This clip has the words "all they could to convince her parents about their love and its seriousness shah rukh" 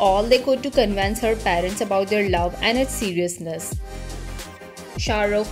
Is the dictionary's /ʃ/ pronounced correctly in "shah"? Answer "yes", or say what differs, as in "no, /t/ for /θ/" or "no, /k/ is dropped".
yes